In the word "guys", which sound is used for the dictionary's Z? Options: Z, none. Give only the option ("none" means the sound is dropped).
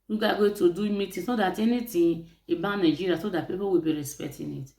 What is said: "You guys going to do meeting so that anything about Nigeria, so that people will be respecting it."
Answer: none